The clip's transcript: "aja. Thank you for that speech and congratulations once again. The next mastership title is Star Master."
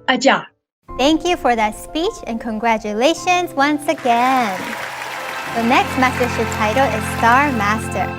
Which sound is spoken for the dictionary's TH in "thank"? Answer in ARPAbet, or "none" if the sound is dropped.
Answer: TH